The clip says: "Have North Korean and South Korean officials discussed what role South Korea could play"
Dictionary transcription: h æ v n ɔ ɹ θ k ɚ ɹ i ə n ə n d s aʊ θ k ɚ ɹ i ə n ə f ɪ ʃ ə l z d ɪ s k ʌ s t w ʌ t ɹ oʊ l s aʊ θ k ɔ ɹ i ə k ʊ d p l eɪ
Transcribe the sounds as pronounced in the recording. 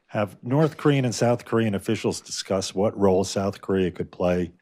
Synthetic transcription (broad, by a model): h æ v n ɔ ɹ θ k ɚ ɹ i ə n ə n s aʊ θ k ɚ ɹ i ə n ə f ɪ ʃ l z d ɪ s k ʌ s t w ʌ t ɹ oʊ l s aʊ θ k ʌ ɹ i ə k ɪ d p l eɪ